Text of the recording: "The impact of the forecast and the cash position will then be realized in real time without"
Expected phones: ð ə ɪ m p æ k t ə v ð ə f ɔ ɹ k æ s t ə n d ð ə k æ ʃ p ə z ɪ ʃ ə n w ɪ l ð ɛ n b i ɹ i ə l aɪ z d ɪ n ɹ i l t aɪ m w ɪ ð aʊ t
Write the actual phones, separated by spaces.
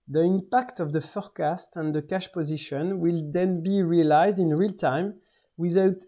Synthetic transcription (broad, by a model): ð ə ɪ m p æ k t ə v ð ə f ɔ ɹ k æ s t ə n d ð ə k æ ʃ p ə z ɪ ʃ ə n w ɪ l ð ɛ n b i ɹ i ə l aɪ z d ɪ n ɹ i l t aɪ m w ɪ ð aʊ t